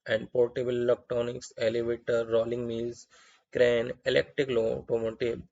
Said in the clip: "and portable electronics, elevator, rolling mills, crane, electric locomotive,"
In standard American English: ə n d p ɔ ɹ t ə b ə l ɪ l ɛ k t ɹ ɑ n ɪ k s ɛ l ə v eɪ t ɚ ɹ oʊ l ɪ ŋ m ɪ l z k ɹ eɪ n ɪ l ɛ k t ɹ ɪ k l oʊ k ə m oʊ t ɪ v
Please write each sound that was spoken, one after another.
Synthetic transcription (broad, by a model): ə n d p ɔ ɹ t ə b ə l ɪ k t ɑ n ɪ k s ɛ l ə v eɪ t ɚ ɹ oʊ l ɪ ŋ m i l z k ɹ eɪ n ɪ l ɛ k t ɹ ɪ k l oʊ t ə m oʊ t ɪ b